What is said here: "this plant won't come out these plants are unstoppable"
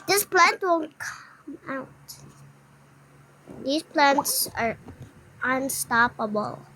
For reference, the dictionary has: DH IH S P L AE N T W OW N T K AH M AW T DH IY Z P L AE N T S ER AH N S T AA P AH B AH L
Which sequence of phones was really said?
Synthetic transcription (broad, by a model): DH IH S P L AE N T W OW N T K AH M AW T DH IY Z P L AE N T S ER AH N S T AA P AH B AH L